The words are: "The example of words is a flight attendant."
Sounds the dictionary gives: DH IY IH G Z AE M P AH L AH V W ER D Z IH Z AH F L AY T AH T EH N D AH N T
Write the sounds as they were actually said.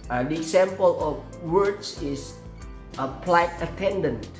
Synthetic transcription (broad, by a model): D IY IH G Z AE M P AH L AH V W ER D S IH S AH P L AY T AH T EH N D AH N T